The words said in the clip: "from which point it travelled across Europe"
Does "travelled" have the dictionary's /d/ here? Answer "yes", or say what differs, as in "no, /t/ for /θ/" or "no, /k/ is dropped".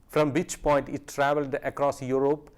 yes